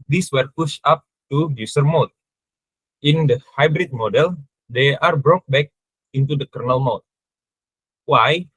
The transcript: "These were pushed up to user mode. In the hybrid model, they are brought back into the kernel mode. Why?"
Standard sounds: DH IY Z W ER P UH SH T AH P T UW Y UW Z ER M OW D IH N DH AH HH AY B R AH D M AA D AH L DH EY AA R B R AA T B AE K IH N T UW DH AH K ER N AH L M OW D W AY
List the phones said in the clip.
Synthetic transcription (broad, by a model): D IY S W ER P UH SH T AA P T UW Y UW S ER M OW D IH N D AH HH AY B R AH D M AA D AH L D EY AA R B R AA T B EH K IH N T UW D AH K ER N AH L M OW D W AY